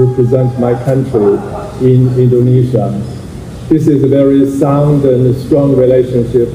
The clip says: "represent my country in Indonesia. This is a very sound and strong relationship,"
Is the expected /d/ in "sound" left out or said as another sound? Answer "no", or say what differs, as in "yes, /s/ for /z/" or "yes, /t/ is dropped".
no